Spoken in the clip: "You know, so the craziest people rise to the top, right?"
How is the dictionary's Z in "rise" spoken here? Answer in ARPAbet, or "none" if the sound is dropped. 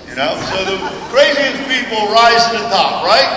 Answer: Z